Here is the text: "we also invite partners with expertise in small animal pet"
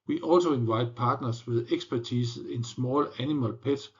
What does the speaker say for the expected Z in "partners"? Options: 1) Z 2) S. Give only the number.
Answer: 2